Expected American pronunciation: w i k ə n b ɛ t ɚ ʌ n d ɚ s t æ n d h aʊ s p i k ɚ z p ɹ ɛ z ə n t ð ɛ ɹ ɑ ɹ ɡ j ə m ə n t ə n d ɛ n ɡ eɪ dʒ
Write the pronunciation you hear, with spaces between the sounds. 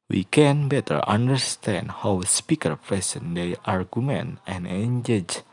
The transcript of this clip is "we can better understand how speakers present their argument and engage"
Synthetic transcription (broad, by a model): w i k ə n b ɛ t ɚ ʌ n d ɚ s t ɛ n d h aʊ s p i k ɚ p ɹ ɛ s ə n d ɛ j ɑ ɹ ɡ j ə m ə n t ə n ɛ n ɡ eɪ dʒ